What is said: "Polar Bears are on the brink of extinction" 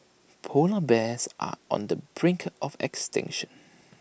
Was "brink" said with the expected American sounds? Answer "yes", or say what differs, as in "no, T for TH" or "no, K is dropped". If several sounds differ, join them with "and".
yes